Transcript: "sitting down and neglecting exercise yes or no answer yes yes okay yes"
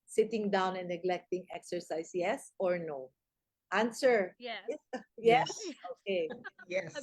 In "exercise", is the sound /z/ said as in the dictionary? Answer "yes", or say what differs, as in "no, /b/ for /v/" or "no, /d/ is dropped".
no, /s/ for /z/